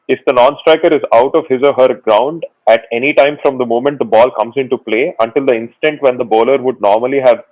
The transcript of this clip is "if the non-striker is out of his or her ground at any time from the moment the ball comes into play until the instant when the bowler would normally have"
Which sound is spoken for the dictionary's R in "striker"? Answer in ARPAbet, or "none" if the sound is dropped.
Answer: R